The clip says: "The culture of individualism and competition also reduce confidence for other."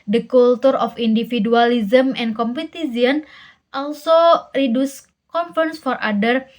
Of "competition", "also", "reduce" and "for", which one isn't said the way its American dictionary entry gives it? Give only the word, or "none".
competition